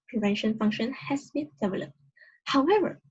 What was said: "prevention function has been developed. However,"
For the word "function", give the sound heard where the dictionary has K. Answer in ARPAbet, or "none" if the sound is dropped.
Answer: K